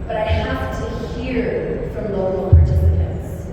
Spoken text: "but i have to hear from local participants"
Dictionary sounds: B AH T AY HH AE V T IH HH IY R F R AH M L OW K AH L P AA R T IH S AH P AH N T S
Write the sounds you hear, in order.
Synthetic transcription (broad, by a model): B AH T AY HH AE F T IH HH IY R F R AH M L OW K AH L P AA R T IH S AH P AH N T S